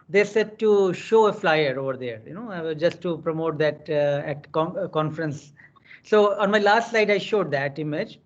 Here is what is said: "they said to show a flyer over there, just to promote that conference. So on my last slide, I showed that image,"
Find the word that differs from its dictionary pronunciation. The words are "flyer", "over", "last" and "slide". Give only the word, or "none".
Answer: slide